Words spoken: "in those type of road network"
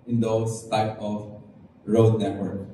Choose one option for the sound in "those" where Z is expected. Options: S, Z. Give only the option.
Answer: S